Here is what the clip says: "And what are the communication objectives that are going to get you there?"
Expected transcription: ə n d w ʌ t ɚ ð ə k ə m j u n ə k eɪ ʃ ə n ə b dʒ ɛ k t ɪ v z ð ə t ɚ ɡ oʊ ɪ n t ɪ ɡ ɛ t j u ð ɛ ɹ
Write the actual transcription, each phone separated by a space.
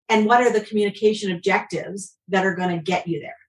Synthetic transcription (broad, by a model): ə n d w ʌ t ɚ ð ə k m j u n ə k eɪ ʃ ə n ə b dʒ ɛ k t ɪ v z ð ə t ɚ ɡ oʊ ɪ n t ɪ ɡ ɛ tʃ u ð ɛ ɹ